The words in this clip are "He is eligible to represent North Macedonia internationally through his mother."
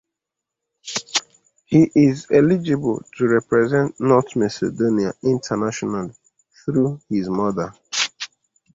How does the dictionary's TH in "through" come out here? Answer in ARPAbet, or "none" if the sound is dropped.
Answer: TH